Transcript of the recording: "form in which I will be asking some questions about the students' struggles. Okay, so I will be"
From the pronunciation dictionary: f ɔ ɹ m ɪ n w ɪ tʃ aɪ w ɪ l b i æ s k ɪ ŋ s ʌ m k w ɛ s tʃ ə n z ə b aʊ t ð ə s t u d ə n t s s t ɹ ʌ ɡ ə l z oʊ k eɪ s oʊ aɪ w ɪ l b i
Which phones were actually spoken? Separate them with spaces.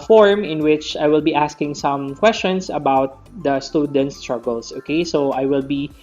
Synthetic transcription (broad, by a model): f ɔ ɹ m ɪ n w ɪ tʃ aɪ w ɪ l b i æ s k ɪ ŋ s ʌ m k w ɛ s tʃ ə n s ə b aʊ t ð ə s t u d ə n t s s t ɹ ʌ ɡ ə l s oʊ k eɪ s oʊ aɪ w ɪ l b i